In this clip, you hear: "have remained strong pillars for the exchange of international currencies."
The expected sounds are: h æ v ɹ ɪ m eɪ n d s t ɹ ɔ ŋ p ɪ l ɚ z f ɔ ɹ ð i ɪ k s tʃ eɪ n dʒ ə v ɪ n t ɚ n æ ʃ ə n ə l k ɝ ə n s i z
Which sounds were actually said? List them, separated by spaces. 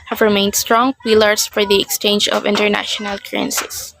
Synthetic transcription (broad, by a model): h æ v ɹ ɪ m eɪ n d s t ɹ ɔ ŋ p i l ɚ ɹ f ɔ ɹ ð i ɪ k s tʃ eɪ n dʒ ə v ɪ n t ɚ n æ ʃ ə n ə l k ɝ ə n s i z